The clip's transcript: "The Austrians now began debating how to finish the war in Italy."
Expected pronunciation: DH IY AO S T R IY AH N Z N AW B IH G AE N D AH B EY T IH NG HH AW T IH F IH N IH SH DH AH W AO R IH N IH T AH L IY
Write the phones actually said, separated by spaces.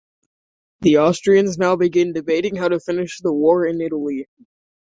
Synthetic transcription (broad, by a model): DH IY AO S T R IY AH N Z N AW B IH G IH N D AH B EY T IH NG HH AW T IH F IH N IH SH DH AH W AO R IH N IH T L IY